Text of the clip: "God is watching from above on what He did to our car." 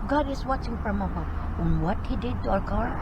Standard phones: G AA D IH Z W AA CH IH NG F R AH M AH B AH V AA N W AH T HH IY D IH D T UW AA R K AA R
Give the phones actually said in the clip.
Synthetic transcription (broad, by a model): G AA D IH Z W AA CH IH NG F R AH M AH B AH AA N W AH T HH IY D IH D T UW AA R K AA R